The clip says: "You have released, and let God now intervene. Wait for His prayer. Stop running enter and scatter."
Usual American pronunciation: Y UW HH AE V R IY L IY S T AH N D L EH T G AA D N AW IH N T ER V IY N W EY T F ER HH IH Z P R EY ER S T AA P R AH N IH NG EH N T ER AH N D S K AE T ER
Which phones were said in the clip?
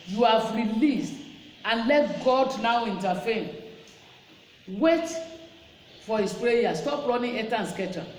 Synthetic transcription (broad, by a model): Y UW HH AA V R IY L IY S T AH N L EH T G AA D N AW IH N T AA F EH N W EY T F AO HH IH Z P R EY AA S T AA P R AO N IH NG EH T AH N S K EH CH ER